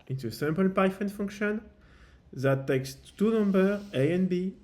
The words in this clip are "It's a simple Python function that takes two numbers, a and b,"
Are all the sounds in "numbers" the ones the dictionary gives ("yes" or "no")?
no